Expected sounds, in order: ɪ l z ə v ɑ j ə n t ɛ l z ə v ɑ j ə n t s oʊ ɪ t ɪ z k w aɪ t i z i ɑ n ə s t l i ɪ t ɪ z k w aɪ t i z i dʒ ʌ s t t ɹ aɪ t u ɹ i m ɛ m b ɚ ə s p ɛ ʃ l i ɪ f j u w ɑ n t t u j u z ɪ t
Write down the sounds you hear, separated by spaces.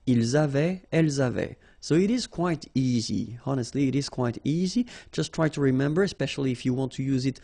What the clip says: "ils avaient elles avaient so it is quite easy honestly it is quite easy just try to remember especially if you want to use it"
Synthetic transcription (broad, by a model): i l z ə v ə ɛ l z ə v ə s oʊ ɪ t ɪ z k w aɪ t i z i ɑ n ə s t l i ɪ t ɪ z k w aɪ t i z i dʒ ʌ s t t ɹ aɪ t u ɹ i m ɛ m b ɚ ə s p ɛ ʃ l i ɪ f j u w ɑ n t t u j u z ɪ t